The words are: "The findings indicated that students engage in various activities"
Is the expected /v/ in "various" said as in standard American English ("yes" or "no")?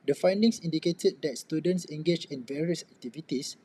yes